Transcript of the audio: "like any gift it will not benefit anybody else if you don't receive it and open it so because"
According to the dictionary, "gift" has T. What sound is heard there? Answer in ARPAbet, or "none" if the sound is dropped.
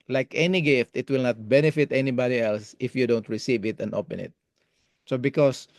T